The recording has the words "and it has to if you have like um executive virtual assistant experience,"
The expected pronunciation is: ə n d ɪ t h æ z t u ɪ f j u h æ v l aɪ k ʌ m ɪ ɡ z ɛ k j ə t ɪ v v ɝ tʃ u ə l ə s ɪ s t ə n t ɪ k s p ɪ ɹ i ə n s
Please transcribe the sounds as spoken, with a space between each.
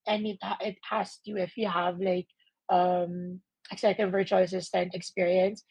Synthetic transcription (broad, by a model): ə n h ɪ t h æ s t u ɪ f j u h æ v l aɪ k ʌ m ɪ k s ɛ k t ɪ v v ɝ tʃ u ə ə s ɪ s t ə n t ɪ k s p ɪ ɹ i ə n s